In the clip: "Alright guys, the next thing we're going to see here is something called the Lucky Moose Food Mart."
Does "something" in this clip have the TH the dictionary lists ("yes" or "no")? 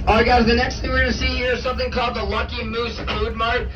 yes